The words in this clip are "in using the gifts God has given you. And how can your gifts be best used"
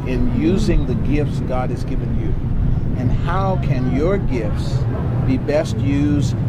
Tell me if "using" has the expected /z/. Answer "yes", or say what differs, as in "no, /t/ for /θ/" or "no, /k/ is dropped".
yes